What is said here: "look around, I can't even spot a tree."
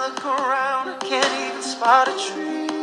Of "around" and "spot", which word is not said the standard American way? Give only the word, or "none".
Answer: none